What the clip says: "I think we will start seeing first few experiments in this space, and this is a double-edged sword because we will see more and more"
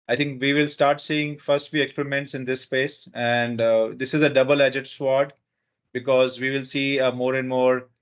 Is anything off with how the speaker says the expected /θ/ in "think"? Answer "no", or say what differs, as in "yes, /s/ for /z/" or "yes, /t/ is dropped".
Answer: yes, /t/ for /θ/